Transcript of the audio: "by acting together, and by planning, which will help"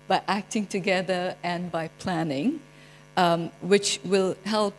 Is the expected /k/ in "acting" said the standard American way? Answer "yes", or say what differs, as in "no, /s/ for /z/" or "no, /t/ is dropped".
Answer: yes